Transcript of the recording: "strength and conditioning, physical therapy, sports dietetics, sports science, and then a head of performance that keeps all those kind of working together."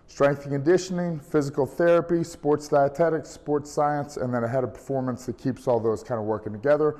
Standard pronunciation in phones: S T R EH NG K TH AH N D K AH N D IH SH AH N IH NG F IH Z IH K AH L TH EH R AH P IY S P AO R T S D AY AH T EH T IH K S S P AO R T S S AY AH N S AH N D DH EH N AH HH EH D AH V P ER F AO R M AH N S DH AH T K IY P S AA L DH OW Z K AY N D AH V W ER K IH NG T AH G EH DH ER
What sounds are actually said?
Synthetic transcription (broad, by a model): S T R EH NG K TH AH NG K AH N D IH SH AH N IH NG F IH Z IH K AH L TH EH R AH P IY S P AO R T S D AY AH T EH T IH K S S P AO R T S S AY AH N S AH N DH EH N AH HH EH D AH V P ER F AO R M AH N S DH AH T K IY P S AA L DH OW Z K AY N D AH W ER K IH NG T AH G EH DH ER